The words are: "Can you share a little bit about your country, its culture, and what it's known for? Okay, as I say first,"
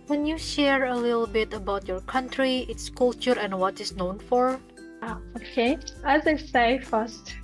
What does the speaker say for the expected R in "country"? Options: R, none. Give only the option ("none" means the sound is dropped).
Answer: R